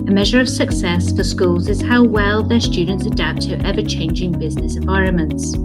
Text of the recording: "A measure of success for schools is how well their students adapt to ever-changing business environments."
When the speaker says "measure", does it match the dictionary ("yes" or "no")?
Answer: yes